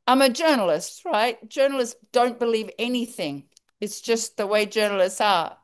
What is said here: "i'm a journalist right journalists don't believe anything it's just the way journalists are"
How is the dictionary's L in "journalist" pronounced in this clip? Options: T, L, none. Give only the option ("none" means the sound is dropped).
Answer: L